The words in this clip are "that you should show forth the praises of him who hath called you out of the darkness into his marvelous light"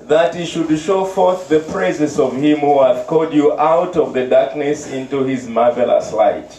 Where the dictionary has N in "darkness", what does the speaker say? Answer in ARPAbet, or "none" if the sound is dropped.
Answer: N